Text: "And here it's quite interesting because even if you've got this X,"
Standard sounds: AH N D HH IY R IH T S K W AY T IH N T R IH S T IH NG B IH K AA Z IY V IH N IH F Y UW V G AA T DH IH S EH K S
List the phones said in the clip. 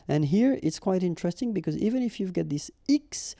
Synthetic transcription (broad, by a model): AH N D HH IY R IH T S K W AY T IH N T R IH S T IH NG B IH K AA Z IY V IH N IH F Y UW V G AA T DH IH S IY K S